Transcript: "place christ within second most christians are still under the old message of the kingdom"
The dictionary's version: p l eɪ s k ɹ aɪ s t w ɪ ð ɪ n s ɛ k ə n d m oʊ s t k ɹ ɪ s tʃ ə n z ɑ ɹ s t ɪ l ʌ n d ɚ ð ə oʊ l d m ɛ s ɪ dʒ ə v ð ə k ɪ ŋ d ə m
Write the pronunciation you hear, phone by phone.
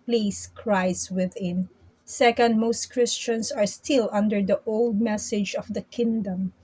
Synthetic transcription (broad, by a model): p l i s k ɹ aɪ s w ɪ ð ɪ n s ɛ k ə n d m oʊ s t k ɹ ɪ s tʃ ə n s ɑ ɹ s t ɪ l ʌ n d ɚ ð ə oʊ l d m ɛ s ɪ dʒ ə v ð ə k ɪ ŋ d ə m